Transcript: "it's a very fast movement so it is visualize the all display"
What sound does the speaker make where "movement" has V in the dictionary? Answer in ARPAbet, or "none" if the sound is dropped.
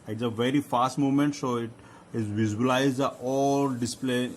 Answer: none